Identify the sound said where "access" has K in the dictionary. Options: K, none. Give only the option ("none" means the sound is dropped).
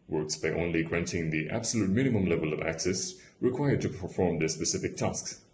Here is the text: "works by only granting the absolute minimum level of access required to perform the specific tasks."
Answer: K